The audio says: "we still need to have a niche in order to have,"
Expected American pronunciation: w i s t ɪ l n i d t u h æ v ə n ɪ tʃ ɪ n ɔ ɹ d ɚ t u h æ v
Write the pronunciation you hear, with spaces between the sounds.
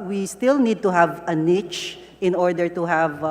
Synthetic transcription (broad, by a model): w i s t ɪ l n i d t u h æ v ə n ɪ tʃ ɪ n ɔ ɹ d ɚ t u h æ v